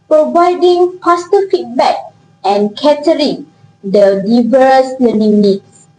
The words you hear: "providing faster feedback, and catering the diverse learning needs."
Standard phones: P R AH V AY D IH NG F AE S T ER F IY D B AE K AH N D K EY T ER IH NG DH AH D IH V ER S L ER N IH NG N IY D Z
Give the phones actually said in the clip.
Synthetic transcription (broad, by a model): P R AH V AY D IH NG P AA S T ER F IY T B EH K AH N K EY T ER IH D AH D IH V ER S L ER N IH NG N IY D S